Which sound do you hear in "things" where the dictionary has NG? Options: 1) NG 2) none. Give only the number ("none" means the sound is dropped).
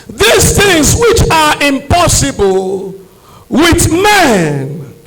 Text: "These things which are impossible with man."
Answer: 1